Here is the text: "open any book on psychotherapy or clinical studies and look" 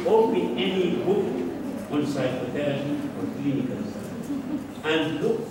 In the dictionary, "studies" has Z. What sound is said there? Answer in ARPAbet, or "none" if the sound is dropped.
none